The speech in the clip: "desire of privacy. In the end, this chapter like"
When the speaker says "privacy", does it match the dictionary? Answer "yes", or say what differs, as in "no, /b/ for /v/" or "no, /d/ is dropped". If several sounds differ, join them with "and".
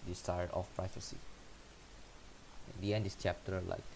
no, /f/ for /v/